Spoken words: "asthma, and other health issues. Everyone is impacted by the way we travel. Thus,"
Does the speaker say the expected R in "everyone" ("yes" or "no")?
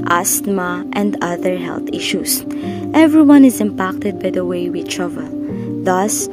yes